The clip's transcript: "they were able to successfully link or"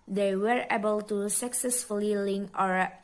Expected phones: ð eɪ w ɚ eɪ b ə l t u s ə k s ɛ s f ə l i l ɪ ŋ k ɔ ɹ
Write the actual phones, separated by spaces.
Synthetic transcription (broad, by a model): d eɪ w ɚ eɪ b ə l t u s ə k s ɛ s f ə l i l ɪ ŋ ɔ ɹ